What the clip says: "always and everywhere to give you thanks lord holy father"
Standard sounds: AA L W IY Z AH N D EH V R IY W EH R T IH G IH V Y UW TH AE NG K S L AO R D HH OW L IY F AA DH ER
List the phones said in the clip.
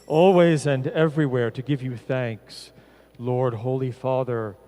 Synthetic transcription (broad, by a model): AA L W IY Z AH N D EH V R IY W EH R T IH G IH V Y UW TH AE NG K S L AO R D HH OW L IY F AA DH ER